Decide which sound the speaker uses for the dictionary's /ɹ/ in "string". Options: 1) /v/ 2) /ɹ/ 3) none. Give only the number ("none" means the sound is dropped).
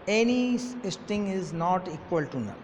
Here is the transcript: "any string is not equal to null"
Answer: 3